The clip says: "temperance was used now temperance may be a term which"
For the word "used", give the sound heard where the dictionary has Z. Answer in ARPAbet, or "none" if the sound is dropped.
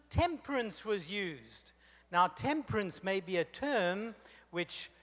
Z